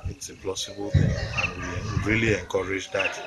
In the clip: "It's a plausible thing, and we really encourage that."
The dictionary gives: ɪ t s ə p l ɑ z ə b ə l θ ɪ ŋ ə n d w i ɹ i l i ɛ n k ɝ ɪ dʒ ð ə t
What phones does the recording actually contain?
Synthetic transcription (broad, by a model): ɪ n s ə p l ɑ s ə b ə l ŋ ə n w w i ɹ i l i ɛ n k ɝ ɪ dʒ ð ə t